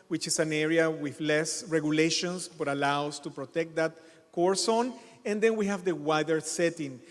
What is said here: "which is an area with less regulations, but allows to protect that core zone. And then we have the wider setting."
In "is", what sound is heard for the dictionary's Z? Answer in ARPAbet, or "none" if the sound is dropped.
S